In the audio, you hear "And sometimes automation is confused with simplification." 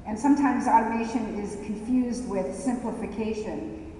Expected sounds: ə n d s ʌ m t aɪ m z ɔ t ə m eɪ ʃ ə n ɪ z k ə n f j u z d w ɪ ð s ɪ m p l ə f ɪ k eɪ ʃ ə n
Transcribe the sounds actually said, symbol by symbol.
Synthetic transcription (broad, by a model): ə n s ʌ m t aɪ m z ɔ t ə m eɪ ʃ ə n ɪ z k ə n f j u z d w ɪ ð s ɪ m p l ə f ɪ k eɪ ʃ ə n